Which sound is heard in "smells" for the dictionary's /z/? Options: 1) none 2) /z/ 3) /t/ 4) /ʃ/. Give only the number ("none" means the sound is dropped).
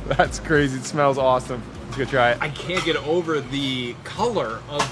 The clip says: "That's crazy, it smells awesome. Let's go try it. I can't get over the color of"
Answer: 2